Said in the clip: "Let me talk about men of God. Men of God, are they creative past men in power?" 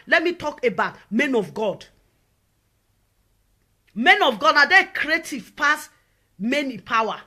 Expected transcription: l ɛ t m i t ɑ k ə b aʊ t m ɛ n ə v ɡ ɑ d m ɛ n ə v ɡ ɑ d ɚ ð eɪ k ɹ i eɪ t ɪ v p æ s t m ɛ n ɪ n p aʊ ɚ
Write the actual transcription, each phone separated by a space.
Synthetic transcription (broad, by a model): l ɛ t m i t ɑ k ə b aʊ t m ɛ n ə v ɡ ɑ d m ɛ n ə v ɡ ɑ d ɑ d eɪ k ɹ i eɪ t ɪ v p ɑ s m ɛ n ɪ p aʊ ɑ